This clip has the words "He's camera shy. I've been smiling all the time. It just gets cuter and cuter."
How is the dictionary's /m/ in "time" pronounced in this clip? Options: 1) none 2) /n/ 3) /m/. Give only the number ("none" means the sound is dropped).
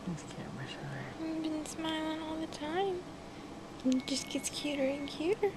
3